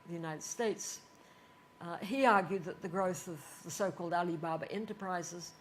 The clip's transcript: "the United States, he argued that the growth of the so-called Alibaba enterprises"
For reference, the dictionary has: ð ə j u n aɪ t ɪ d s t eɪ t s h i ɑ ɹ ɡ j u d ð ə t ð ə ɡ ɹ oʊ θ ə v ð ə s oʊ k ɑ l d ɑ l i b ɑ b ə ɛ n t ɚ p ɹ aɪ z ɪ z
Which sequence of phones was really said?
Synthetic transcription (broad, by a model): ð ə j u n aɪ t ɪ d s t eɪ t s h i ɑ ɹ ɡ j u d ð ə t ð ə ɡ ɹ oʊ θ ə v ð ə s oʊ k ɑ l d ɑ l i b ɑ b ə ɛ n t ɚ p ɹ aɪ z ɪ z